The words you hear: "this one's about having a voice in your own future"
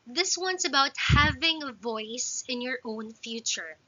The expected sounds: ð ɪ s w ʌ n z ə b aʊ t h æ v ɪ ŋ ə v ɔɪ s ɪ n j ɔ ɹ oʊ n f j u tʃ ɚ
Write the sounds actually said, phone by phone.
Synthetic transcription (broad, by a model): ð ɪ s w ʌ n s ə b aʊ t h æ v ɪ ŋ ə v ɔɪ s ɪ n j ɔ ɹ oʊ n f j u tʃ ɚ